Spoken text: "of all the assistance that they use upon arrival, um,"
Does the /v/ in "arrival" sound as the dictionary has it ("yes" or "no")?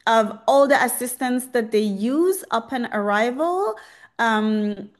yes